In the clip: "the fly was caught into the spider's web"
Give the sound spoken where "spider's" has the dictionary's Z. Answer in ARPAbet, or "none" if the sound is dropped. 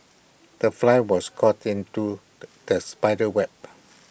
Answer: none